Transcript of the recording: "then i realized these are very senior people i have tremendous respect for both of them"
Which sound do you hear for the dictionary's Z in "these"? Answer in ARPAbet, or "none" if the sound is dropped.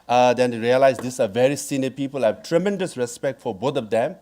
S